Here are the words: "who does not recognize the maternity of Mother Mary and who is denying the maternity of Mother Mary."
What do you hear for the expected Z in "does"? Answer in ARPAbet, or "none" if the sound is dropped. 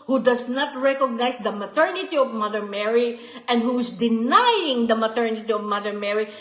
S